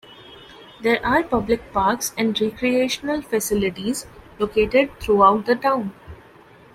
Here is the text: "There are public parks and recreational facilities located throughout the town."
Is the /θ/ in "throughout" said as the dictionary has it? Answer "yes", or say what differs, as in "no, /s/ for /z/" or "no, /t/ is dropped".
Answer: no, /t/ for /θ/